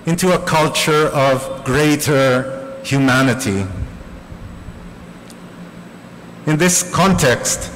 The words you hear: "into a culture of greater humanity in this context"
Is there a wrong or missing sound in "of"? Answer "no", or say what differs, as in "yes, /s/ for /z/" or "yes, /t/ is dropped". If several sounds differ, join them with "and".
no